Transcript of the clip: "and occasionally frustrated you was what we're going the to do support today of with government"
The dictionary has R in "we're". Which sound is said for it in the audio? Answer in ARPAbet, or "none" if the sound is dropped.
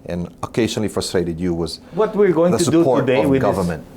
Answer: R